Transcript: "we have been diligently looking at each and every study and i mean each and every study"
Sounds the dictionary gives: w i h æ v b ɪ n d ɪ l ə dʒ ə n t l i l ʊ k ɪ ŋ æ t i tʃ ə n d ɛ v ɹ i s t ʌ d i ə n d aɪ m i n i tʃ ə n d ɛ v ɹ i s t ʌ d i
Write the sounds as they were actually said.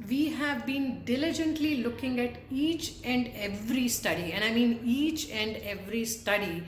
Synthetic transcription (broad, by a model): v i h æ v b ɪ n d ɪ l ə dʒ ə n t l i l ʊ k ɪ ŋ æ t i tʃ ə n d ɛ v ɹ i s t ʌ d i ə n d aɪ m i n i tʃ ə n d ɛ v ɹ i s t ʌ d i